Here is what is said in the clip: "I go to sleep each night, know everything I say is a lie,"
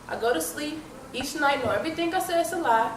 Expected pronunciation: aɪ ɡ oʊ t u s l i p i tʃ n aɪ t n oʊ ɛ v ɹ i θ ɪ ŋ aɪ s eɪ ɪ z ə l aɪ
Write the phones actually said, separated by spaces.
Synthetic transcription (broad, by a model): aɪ ɡ oʊ t u s l i p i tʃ n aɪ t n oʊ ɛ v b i t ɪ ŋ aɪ s eɪ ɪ s ə l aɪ